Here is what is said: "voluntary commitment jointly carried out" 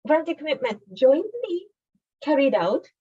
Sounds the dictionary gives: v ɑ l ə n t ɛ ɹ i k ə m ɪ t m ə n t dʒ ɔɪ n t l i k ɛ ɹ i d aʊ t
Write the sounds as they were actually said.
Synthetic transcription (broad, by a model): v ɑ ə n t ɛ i k ə m ɪ t m ə n t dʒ ɔɪ n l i k ɛ ɹ i d aʊ t